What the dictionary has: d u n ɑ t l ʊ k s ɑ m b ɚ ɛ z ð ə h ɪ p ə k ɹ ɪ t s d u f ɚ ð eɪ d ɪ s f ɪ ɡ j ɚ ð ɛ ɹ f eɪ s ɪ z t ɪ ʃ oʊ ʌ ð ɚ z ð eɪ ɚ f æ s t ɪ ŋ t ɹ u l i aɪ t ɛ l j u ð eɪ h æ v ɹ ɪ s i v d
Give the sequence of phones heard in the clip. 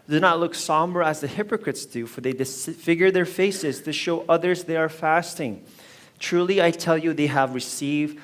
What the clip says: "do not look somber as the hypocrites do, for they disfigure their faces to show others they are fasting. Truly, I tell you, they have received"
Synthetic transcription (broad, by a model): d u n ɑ t l ʊ k s ɑ m b ɚ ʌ z ð ə h ɪ p ə k ɹ ɪ t s d u f ɚ ð eɪ d ɪ s f ɪ ɡ j ɚ ð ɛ ɹ f eɪ s ɪ z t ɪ ʃ oʊ ʌ ð ɚ z ð eɪ ɚ f æ s t ɪ ŋ t ɹ u l i aɪ t ɛ l j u ð eɪ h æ v ɹ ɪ s i v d